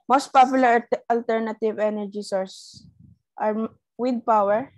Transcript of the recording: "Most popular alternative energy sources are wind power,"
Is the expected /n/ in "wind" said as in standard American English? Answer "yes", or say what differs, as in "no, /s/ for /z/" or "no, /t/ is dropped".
no, /n/ is dropped